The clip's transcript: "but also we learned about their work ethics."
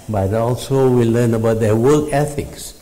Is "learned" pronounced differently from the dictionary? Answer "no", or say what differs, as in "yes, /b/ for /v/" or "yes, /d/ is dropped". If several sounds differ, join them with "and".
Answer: yes, /d/ is dropped